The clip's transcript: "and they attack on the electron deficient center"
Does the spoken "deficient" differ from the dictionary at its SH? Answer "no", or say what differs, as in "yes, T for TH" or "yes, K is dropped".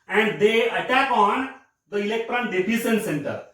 yes, S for SH